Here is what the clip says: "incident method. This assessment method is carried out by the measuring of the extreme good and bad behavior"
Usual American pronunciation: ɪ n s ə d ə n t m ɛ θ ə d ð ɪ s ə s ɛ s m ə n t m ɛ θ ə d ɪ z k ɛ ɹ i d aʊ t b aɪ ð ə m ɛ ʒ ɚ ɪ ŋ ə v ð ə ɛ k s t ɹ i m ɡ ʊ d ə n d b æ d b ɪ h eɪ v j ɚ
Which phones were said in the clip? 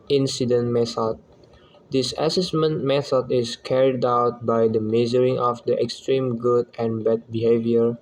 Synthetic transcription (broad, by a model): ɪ n s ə d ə n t m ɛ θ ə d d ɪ s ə s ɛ s m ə n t m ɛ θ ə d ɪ s k ɛ ɹ i d aʊ t b aɪ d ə m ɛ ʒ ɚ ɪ ŋ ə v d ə ɛ k s t ɹ i m ɡ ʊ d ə n b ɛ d b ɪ h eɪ v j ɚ